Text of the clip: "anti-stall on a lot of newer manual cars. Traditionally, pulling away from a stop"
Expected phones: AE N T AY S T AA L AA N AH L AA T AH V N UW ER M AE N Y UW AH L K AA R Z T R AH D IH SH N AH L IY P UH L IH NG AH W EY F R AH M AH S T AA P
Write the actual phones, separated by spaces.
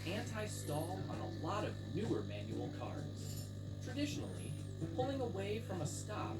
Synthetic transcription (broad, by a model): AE N T AY S T AA L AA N AH L AA T AH V N UW ER M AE N Y UW L K AA R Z T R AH D IH SH N L IY P UH L IH NG AH W EY F R AH M AH S T AA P